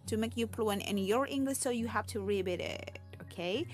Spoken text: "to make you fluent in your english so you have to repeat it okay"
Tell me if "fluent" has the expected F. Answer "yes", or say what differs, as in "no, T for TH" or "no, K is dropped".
no, P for F